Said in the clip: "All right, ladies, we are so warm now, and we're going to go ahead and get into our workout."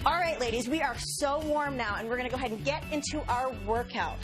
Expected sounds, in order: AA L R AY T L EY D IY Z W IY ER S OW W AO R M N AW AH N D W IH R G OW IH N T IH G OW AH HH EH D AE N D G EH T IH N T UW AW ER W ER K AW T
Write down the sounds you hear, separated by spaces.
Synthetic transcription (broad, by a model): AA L R AY T L EY D IY Z W IY ER S OW W AO R M N AW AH N W IH R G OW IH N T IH G OW AH HH EH D N G EH T IH N T UW AW ER W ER K AW T